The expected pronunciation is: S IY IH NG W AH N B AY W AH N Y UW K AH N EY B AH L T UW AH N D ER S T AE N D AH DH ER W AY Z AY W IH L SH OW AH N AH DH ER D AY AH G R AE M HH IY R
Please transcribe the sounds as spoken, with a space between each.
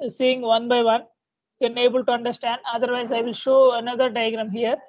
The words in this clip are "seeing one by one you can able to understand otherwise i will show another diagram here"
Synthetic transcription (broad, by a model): S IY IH NG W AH N B AY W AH N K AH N EY B AH L T UW AH N D ER S T AE N D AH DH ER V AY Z AY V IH L SH OW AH N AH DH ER D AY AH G R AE M HH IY R